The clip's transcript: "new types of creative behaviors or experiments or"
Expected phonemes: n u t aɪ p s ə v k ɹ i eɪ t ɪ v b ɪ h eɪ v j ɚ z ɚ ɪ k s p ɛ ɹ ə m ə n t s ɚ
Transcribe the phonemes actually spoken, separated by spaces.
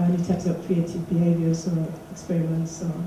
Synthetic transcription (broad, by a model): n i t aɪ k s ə p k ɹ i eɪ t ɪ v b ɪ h eɪ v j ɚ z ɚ ɪ k s p ɛ ɹ ə m ə n t s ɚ